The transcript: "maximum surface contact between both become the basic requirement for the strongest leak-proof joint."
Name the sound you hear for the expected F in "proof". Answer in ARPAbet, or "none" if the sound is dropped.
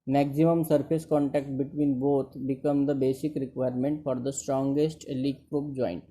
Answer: P